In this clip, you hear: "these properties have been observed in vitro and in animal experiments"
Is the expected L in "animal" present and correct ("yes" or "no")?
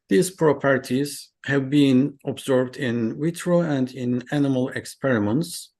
yes